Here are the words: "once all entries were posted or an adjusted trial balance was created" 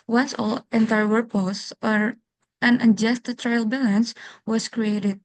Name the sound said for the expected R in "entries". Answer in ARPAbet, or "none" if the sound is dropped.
none